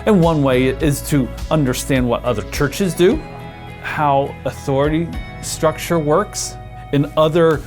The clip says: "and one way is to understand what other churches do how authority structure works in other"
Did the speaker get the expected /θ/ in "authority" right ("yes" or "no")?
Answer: yes